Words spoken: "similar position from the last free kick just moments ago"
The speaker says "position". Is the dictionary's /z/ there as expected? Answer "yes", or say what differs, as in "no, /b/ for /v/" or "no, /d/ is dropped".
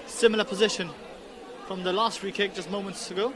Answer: yes